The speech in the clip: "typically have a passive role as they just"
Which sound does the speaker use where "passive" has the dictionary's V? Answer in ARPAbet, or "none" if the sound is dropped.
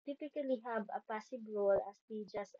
B